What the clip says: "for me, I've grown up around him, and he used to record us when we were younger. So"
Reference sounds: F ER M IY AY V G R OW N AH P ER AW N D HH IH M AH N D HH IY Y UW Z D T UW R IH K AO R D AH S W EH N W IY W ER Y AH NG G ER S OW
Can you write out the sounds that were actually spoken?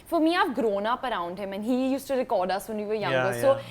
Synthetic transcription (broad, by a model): F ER M IY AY P G R OW N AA P ER AW N D HH IH M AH N HH IY Y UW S T UW R IH K AO R D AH S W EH N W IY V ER Y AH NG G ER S OW